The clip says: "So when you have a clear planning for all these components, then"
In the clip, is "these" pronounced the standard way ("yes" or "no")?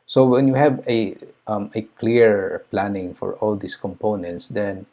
no